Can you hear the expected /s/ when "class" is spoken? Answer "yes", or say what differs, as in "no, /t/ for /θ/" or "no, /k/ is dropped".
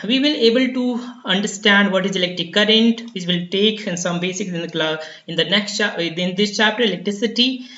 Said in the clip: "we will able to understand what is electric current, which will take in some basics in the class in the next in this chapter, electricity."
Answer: no, /s/ is dropped